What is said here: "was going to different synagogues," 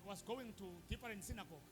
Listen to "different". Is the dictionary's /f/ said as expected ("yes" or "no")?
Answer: no